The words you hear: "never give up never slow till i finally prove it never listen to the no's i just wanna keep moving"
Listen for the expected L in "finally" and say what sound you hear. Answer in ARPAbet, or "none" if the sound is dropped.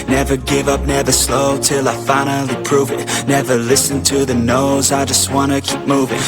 L